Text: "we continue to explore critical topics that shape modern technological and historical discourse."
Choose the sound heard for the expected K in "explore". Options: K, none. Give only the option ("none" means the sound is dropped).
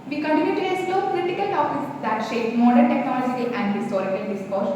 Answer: none